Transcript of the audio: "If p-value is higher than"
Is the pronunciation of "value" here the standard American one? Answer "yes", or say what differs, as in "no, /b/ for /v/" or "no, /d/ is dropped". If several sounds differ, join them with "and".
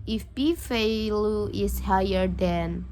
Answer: no, /f/ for /v/